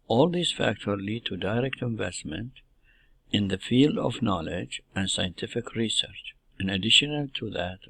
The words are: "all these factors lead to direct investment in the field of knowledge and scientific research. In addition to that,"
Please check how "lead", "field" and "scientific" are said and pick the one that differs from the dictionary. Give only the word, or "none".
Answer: none